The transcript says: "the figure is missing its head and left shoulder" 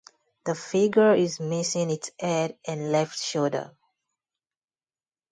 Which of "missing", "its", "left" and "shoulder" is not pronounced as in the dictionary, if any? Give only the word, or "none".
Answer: shoulder